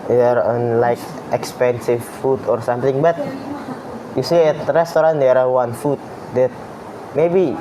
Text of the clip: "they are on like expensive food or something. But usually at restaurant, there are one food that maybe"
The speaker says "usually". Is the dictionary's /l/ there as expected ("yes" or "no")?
no